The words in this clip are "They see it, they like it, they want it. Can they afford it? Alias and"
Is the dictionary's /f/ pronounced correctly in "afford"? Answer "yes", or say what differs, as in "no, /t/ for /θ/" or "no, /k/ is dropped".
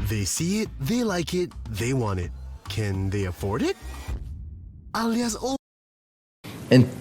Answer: yes